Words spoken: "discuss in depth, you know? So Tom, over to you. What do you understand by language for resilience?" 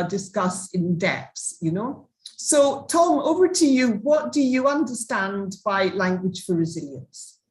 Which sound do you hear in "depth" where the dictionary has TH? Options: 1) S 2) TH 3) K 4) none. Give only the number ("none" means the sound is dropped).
1